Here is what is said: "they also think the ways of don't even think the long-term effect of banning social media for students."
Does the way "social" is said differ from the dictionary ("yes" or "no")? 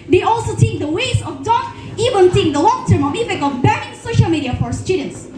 no